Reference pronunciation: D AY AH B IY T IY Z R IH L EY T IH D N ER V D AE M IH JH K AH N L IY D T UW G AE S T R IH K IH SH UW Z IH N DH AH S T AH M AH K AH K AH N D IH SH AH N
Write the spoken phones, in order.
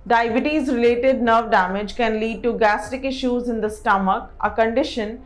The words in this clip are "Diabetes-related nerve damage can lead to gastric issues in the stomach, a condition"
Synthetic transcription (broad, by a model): D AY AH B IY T IY Z R IH L EY T IH D N ER V D AE M IH JH K AH N L IY D T UW G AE S T IH K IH SH UW Z IH N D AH S T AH M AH K AH K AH N D IH SH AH N